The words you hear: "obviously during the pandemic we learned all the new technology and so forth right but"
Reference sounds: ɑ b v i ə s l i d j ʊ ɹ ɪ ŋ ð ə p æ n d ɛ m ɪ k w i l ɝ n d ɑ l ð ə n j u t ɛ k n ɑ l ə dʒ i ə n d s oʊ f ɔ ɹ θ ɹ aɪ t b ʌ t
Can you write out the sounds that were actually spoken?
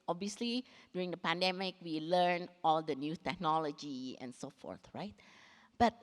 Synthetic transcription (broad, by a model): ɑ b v i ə s l i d j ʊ ɹ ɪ ŋ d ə p æ n d ɛ m ɪ k w i l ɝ n ɑ l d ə n j u t ɛ k n ɑ l ə dʒ i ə n s oʊ f ɔ ɹ θ ɹ aɪ t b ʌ t